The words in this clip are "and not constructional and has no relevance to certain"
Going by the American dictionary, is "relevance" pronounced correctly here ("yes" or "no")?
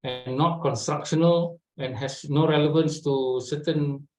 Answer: yes